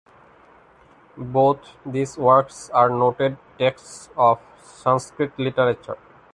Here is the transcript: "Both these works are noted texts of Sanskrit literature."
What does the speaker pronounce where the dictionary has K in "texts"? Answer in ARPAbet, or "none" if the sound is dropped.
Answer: K